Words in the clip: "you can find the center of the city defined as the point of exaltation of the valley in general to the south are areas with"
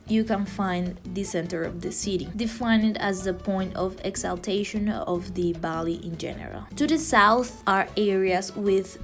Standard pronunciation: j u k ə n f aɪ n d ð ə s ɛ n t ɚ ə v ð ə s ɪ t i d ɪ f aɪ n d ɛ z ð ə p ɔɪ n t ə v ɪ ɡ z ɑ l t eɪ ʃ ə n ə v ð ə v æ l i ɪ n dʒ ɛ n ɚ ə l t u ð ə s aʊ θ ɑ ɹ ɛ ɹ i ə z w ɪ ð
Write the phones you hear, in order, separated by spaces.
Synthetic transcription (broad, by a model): j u k ə n f aɪ n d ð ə s ɛ n t ɚ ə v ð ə s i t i d ɪ f aɪ n d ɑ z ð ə p ɔɪ n t ə v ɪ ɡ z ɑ l t eɪ ʃ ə n ə v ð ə b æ l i ɪ n dʒ ɛ n ɚ ə l t u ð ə s aʊ θ ɑ ɹ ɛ ɹ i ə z w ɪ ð